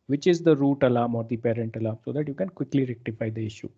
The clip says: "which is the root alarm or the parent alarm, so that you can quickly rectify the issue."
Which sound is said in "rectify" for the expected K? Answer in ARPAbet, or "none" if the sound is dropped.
K